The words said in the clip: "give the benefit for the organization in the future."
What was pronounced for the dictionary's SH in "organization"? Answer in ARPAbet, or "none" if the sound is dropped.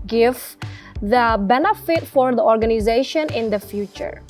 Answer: SH